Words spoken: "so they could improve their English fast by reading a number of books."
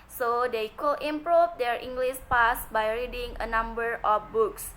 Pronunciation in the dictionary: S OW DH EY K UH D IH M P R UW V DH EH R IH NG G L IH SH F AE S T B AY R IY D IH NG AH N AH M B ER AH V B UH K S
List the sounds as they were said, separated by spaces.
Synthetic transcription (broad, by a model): S OW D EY K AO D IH M P R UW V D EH R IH NG G L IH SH P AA S B AY R IY D IH NG AH N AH M B ER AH F B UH K S